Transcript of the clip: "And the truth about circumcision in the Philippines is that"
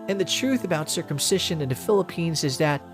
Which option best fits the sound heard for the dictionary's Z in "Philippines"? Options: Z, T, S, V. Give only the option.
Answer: Z